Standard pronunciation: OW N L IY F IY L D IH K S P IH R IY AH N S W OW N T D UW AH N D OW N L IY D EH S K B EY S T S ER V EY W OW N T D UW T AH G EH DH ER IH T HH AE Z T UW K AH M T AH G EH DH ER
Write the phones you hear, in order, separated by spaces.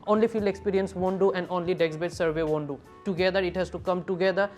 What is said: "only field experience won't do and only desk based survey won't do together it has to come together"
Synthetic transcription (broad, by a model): OW N L IY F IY L IH K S P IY R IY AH N S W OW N D UW AH N D OW N L IY D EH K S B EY T S ER V EY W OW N D UW T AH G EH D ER IH T HH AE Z T UW K AH M T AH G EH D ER